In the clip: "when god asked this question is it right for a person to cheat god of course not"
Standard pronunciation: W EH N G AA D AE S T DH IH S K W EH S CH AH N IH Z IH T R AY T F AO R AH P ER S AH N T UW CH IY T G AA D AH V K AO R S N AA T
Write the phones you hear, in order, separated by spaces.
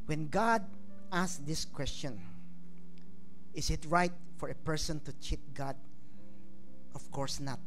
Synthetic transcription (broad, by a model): W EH N G AA D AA S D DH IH S K W EH S CH AH N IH S IH T R AY T F AO R AH P ER S AH N T UW CH IY T G AA D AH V K AO R S N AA T